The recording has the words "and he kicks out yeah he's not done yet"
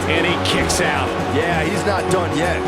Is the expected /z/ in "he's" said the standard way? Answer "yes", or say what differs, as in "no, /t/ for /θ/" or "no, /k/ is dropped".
yes